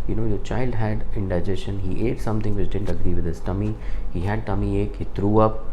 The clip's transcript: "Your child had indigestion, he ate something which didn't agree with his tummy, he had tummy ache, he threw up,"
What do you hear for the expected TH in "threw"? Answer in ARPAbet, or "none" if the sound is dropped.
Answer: T